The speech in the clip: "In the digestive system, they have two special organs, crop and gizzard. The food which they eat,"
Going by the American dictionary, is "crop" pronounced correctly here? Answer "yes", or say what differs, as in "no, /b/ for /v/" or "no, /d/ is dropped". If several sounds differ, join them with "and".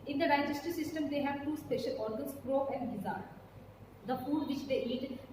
no, /p/ is dropped